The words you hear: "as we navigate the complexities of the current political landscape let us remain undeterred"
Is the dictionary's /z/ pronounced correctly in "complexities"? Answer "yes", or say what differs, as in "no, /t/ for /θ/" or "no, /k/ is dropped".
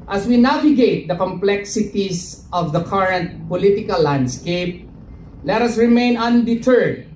no, /s/ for /z/